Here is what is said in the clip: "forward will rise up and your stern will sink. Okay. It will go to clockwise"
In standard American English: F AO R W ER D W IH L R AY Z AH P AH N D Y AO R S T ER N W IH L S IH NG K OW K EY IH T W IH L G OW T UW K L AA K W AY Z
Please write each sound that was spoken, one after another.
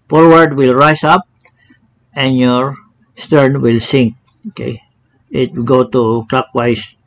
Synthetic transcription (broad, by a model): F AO R W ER D W IH L R AY S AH P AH N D Y AO R S T ER N W IH L S IH NG K OW K EY IH T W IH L G OW T UW K L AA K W AY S